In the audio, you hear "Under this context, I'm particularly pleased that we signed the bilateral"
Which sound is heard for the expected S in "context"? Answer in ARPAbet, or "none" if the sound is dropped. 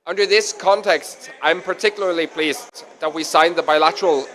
S